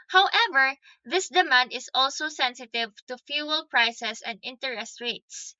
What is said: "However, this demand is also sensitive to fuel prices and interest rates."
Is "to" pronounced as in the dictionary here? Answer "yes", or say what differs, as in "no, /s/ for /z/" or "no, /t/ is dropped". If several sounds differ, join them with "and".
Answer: yes